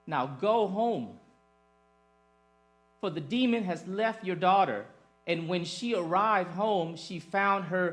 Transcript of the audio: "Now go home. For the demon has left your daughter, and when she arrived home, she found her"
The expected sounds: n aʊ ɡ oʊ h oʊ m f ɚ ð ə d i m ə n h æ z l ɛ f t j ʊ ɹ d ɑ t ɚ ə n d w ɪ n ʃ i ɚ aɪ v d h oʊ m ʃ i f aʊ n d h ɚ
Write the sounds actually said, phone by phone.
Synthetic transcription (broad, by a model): n aʊ ɡ oʊ h oʊ m f ɚ ð ə d i m ə n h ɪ z l ɛ f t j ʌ ɹ d ɑ t ɚ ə n w ɪ n ʃ i ɚ aɪ v d h oʊ m ʃ i f aʊ n d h ɚ